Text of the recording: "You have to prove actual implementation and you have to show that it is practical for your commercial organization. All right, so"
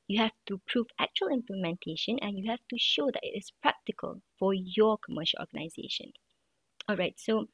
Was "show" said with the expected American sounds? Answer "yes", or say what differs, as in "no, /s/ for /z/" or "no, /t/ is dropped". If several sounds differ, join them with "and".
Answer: yes